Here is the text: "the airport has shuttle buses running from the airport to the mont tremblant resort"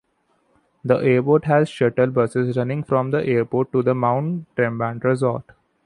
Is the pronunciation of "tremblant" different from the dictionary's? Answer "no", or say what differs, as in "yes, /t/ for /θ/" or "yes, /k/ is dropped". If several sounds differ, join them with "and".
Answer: yes, /l/ is dropped